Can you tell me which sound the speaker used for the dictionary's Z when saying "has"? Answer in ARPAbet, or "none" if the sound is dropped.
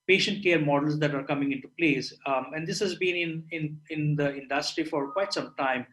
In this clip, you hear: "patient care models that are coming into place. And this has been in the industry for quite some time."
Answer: Z